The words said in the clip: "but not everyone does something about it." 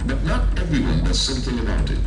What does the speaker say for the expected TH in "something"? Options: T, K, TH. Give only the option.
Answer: TH